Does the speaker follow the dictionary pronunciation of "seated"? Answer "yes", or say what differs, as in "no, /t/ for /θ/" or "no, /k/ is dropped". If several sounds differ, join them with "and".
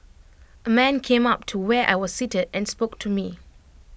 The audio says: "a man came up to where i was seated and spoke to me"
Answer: yes